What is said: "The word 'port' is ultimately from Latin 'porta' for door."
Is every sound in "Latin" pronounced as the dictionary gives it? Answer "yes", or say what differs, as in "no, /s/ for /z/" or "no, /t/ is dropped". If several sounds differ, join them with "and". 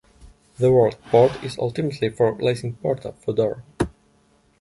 no, /s/ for /t/